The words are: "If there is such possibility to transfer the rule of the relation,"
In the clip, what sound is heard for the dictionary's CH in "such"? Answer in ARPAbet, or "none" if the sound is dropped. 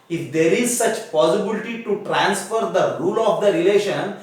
CH